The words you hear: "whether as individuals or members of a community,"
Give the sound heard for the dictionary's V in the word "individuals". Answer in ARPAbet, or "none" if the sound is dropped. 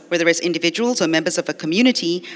V